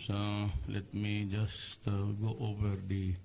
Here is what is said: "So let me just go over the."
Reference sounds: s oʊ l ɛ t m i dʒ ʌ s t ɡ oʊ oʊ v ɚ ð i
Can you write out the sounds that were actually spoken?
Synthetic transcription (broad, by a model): s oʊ l ɛ t m i dʒ ʌ s t ɡ oʊ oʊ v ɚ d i